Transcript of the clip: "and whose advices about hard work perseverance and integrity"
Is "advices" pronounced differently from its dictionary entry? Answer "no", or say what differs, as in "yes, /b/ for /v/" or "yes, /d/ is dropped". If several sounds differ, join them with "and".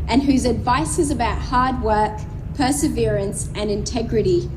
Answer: no